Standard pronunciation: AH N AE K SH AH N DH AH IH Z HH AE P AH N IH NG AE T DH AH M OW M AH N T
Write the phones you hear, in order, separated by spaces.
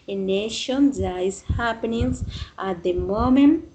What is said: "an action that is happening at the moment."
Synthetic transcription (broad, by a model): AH N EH SH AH N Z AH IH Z HH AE P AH N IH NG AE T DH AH M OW M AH N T